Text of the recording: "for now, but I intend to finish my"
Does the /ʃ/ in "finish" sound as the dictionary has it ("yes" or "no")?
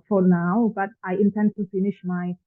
yes